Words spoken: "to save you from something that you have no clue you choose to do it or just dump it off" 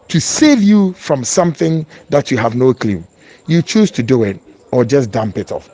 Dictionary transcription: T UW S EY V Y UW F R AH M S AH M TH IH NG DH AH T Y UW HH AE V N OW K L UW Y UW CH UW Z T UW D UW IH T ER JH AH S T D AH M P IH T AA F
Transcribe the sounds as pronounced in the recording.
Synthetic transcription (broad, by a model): T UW S EY V Y UW F R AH M S AH M TH IH NG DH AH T Y UW HH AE V N OW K L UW Y UW CH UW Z T UW D UW IH T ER JH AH S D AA M P IH T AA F